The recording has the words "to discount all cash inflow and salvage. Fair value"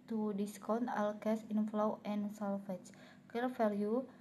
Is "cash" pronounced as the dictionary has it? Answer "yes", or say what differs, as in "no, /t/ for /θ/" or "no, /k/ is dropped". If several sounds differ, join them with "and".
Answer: no, /s/ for /ʃ/